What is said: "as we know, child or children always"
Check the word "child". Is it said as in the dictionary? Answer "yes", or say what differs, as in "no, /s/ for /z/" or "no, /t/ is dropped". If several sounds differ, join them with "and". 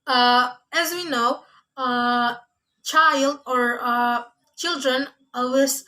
yes